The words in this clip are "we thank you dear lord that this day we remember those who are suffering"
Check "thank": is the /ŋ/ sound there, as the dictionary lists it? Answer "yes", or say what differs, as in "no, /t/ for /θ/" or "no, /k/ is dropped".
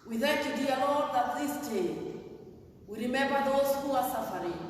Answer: no, /ŋ/ is dropped